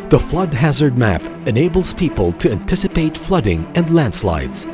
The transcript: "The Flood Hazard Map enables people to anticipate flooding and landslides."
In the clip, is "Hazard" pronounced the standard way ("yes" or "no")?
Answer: yes